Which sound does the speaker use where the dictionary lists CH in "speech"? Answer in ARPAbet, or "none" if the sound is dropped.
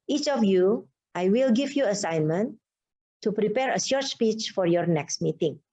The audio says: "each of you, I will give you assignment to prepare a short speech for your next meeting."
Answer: CH